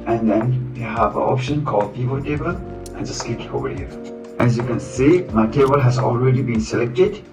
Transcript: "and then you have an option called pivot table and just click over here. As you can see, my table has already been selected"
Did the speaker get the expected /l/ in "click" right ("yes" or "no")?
no